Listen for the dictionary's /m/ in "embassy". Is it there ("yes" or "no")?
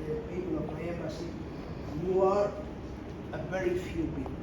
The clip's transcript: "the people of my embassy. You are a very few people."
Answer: no